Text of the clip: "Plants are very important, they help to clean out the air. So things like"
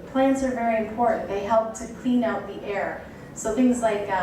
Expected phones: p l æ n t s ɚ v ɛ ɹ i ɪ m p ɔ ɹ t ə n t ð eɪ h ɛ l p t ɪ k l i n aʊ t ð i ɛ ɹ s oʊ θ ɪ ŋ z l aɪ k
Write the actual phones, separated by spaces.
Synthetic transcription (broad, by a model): p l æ n t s ɚ v ɛ ɹ i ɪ m p ɔ ɹ t n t ð eɪ h ɛ l p t ɪ k l i n aʊ t ð i ɛ ɹ s oʊ θ ɪ ŋ z l aɪ k